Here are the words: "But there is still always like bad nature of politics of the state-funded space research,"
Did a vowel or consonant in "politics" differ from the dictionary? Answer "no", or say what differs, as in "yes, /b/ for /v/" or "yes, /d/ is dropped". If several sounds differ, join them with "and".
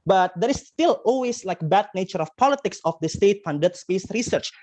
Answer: no